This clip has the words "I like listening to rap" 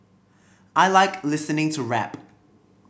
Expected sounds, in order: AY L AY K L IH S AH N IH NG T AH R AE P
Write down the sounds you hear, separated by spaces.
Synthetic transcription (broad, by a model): AY L AY K L IH S AH N IH NG T AH R AE P